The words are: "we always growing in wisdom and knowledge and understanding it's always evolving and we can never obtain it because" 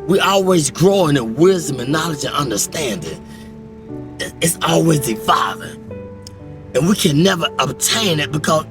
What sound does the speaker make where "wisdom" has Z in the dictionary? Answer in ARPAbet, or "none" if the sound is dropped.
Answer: Z